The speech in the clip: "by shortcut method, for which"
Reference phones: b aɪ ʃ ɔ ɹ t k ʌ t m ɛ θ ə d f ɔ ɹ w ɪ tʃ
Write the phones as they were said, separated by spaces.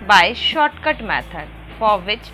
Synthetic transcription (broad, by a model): b aɪ ʃ ɔ ɹ t k ʌ t m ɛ t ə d f ɔ ɹ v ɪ tʃ